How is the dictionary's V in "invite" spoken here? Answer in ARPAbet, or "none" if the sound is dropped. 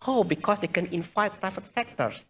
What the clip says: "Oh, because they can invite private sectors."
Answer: F